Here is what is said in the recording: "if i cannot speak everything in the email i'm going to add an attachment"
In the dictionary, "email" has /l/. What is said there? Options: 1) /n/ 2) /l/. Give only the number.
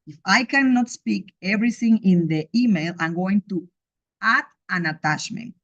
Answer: 2